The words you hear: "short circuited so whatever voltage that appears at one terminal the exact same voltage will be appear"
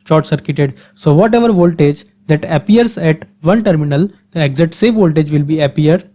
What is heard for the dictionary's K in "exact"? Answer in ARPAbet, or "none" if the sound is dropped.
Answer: none